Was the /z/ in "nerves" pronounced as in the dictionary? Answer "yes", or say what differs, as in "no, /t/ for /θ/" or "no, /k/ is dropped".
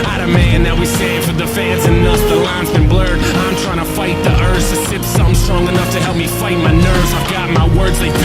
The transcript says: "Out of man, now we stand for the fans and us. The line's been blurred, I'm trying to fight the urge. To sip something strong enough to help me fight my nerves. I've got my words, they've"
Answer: yes